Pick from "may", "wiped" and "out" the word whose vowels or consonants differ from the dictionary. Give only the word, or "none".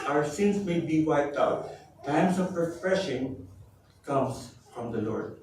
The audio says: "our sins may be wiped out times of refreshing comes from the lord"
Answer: none